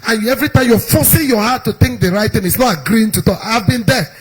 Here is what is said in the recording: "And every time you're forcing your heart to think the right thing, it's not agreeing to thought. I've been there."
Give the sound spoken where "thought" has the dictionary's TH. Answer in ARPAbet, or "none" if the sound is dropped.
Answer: T